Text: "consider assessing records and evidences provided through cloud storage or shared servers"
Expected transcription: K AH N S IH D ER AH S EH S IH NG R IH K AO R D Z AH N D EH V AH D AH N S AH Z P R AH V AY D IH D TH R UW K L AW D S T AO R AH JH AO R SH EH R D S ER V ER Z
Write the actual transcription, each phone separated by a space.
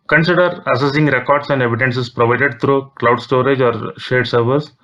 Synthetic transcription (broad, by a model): K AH N S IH D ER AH S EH S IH NG R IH K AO R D S AH N D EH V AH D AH N S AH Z P R AH V AY D IH D T R UW K L AW D S T AO R AH JH AO R SH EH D S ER V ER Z